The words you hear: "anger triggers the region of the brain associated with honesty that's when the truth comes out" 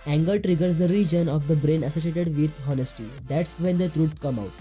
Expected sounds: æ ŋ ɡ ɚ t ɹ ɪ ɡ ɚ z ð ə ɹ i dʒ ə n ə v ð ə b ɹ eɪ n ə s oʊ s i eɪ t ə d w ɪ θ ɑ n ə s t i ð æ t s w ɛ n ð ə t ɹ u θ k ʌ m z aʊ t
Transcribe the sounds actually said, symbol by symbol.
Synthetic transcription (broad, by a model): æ ŋ ɡ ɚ t ɹ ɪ ɡ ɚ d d ə ɹ i dʒ ə n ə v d ə b ɹ eɪ n ə s oʊ s i eɪ t ə d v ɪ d ɑ n ə s t i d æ t s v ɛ n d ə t ɹ u s k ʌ m aʊ t